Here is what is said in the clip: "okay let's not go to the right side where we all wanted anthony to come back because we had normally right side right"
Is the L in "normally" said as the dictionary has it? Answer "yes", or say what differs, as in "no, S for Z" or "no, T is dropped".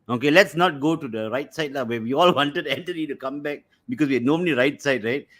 no, N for L